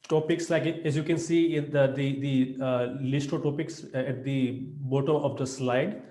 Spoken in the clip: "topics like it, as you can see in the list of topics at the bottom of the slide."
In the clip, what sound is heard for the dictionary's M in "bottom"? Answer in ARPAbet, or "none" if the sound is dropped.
none